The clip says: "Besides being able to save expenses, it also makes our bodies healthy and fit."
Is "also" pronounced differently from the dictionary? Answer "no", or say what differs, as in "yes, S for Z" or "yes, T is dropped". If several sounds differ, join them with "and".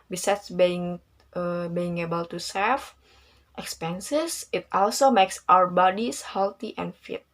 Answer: no